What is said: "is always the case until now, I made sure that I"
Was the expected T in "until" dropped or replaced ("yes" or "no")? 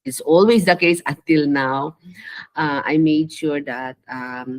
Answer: no